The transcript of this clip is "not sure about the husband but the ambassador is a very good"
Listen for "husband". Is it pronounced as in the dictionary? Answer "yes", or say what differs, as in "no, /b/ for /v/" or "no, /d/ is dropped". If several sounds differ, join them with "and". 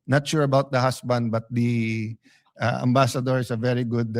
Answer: no, /s/ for /z/